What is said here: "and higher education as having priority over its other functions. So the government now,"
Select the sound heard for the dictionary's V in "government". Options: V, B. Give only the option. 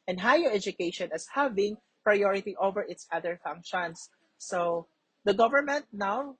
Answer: V